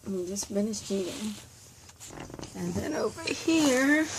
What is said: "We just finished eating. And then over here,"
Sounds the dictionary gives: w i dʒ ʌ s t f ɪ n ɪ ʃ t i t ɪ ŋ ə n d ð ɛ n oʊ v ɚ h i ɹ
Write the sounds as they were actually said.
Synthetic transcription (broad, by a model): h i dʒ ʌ s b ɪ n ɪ s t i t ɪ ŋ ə n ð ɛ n oʊ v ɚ h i ɹ